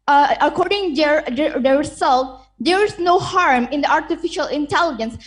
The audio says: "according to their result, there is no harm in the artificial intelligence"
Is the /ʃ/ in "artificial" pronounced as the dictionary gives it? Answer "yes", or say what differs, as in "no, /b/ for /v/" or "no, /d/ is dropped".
yes